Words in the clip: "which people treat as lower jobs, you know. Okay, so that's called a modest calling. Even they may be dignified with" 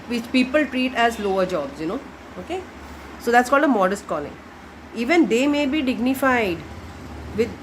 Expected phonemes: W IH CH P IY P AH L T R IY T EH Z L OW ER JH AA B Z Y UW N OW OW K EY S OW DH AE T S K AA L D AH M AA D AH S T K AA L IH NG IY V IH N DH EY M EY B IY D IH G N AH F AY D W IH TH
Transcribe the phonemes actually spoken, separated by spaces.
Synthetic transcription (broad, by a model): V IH CH P IY P AH L T R IY T EH Z L OW ER JH AA B Z Y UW N OW OW K EY S OW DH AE T S K AA L D AH M AA D AH S T K AA L IH NG IY V IH N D EY M EY B IY D IH G N AH F AY D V IH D